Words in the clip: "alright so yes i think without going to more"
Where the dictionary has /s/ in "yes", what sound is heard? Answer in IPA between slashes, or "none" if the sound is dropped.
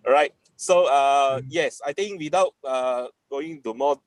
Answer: /s/